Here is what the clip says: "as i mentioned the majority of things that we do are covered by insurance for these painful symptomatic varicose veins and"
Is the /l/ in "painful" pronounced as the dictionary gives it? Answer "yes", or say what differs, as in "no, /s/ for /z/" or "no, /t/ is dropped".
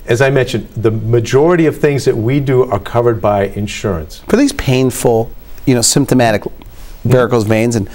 no, /n/ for /l/